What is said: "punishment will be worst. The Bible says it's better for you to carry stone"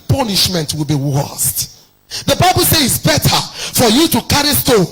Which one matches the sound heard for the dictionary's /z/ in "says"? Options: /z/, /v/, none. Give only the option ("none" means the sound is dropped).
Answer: none